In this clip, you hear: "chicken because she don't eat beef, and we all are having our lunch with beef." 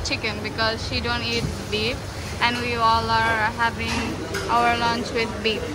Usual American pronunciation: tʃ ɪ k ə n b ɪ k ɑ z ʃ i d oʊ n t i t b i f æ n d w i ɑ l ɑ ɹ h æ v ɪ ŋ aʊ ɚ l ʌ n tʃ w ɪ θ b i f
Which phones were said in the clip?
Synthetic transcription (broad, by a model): tʃ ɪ k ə n b ɪ k ɑ z ʃ i d oʊ n t i t b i p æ n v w i ɑ l ɑ ɹ h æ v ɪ ŋ aʊ ɚ l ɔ n tʃ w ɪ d b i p